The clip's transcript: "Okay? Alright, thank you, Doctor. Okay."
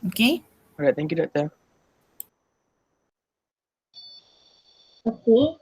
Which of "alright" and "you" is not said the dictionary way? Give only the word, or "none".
alright